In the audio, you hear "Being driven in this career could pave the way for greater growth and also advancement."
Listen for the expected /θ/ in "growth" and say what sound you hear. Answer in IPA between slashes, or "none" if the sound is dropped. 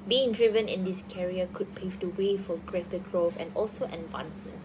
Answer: /f/